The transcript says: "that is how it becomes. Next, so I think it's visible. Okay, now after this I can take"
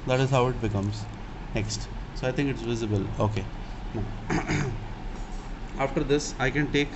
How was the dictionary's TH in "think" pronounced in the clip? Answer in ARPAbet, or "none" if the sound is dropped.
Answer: T